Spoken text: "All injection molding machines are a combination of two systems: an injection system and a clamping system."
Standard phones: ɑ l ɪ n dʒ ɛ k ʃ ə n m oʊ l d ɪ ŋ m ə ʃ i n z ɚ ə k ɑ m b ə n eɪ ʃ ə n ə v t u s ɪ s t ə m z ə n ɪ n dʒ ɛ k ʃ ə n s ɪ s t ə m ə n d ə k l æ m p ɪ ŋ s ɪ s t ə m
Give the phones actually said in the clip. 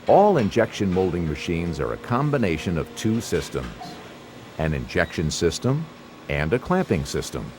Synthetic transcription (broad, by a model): ɑ l ɪ n dʒ ɛ k ʃ ə n m oʊ l d ɪ ŋ m ə ʃ i n z ɚ ə k ɑ m b ə n eɪ ʃ ə n ə v t u s ɪ s t ə m z ə n ɪ n dʒ ɛ k ʃ ə n s ɪ s t ə m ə n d ə k l æ m p ɪ ŋ s ɪ s t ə m